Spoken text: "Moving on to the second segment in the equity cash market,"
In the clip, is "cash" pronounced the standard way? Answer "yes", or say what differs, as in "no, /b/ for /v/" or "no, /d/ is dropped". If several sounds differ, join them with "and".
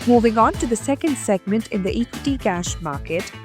yes